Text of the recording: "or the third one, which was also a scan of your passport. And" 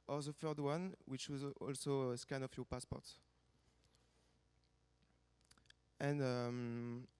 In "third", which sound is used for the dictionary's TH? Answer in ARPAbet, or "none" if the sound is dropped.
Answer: F